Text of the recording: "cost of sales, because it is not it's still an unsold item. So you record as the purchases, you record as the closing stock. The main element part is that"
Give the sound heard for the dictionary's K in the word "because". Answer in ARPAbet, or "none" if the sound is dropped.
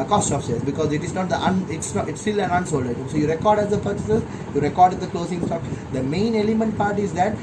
K